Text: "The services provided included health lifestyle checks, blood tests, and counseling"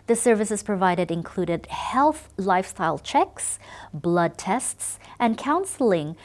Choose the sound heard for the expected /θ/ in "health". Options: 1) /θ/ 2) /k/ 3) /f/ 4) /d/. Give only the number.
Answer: 1